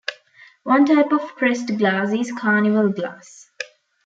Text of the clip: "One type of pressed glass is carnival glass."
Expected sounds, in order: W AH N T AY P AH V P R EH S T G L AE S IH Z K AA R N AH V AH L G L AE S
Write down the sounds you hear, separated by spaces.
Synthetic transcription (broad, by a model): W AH N T AY P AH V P R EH S T G L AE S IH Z K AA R N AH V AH L G L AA S